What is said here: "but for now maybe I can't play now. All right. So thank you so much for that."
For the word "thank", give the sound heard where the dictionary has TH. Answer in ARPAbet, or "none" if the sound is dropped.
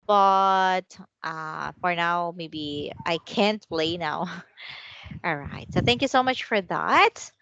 TH